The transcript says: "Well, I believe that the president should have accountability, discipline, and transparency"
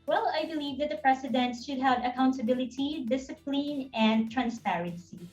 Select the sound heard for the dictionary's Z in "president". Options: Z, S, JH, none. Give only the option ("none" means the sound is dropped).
S